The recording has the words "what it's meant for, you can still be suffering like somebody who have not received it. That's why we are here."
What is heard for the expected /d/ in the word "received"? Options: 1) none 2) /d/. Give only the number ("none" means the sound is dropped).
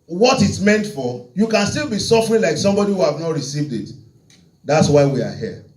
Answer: 2